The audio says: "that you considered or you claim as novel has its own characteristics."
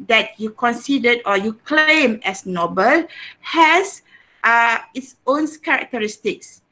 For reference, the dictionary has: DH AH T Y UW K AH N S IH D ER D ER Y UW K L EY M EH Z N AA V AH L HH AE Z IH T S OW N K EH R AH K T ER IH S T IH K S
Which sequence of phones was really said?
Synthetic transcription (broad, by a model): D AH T Y UW K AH N S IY D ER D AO Y UW K L EY M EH S N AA B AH L HH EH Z IH T S OW N K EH R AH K T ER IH S T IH K S